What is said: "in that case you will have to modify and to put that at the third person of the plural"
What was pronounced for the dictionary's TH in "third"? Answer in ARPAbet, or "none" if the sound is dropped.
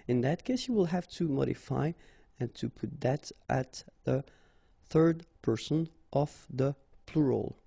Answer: TH